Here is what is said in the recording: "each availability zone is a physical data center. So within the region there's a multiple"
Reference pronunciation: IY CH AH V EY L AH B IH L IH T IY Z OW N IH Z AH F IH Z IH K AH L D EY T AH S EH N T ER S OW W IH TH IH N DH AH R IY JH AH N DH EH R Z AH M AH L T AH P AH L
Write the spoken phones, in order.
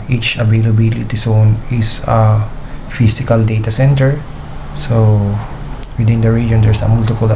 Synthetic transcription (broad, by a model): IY CH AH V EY L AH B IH L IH T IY S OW N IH S AH F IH S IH K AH L D EY T AH S EH N T ER S OW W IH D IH N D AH R IY JH AH N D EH R S AH M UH L T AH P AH L